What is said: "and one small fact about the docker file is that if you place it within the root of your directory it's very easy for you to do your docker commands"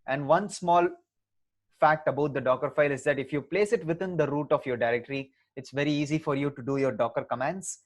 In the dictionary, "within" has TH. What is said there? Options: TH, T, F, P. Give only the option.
T